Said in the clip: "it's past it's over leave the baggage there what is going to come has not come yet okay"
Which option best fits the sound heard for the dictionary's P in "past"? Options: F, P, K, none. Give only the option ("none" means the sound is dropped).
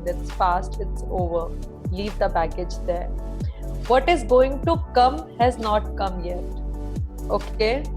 F